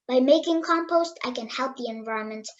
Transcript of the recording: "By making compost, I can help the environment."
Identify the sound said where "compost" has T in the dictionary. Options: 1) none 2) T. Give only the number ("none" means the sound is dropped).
2